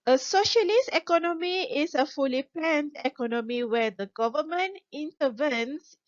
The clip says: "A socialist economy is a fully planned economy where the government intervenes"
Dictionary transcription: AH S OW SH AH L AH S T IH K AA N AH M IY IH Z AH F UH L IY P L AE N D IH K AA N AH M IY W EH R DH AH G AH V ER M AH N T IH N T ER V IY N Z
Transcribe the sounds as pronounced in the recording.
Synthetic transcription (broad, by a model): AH S OW SH AH L AH S T IH K AA N AH M IY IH S AH F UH L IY P EH N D IH K AA N AH M IY W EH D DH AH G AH V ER M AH N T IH N T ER V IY N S